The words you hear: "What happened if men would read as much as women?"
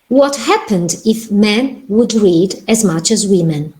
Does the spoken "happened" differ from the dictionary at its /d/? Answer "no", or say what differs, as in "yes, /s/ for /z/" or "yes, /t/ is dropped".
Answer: no